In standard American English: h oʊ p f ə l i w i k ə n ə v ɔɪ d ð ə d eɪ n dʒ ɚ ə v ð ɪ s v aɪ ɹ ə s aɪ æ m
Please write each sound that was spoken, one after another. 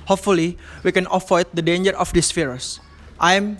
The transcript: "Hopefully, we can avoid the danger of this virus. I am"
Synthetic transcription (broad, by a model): h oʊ p f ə l i w i k ə n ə f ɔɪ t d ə d eɪ n dʒ ɚ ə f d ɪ s f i ɹ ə s aɪ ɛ m